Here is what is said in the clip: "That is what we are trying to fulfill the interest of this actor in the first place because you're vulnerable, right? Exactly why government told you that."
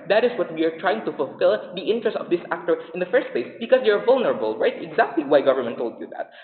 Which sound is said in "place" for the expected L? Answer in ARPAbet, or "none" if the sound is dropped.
L